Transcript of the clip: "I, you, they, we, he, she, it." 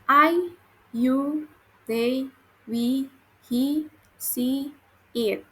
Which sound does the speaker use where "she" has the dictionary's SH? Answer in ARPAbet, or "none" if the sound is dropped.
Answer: S